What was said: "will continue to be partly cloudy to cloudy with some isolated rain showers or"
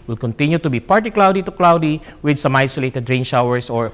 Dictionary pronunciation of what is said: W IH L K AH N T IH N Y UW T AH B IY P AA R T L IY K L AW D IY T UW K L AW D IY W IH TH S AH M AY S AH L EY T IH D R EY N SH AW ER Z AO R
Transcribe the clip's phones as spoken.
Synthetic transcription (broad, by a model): W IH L K AH N T IH N Y UW T AH B IY P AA R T IY K L AW D IY T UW K L AW D IY W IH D S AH M AY S AH L EY T IH D R EY N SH AW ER S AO R